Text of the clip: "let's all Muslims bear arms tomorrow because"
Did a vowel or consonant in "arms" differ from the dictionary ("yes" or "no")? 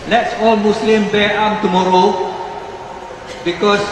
yes